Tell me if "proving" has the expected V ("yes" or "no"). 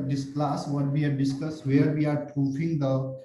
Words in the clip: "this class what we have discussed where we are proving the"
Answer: no